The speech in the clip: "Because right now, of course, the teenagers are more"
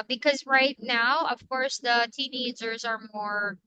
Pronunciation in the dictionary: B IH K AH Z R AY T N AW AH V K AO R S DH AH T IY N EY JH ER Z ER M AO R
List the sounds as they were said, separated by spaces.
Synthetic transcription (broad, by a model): B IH K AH Z R AY T N AW AH V K AO R S DH AH T IY N EY JH ER Z ER M AO R